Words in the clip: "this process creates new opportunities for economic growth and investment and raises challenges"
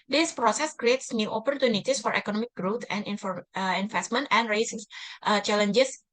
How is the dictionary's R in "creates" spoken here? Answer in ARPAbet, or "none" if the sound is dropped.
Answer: R